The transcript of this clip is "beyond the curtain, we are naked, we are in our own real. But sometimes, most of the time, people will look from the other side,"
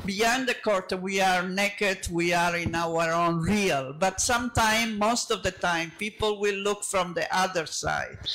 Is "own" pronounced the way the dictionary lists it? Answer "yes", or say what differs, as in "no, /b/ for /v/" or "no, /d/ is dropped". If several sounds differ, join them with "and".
yes